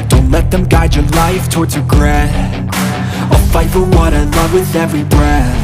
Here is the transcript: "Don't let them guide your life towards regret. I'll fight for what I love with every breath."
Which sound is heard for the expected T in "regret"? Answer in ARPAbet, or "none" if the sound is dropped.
none